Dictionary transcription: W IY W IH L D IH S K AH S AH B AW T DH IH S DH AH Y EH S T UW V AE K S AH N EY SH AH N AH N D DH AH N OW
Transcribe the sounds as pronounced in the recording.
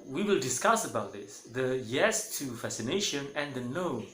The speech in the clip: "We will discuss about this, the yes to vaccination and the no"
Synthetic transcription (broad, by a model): W IY W IH L D IH S K AH S AH B AW T DH IH S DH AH Y EH S T UW F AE S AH N EY SH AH N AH N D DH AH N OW